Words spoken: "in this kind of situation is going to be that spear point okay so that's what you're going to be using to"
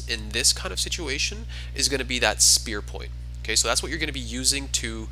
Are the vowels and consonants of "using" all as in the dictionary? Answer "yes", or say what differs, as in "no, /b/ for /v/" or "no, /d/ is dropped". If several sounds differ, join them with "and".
yes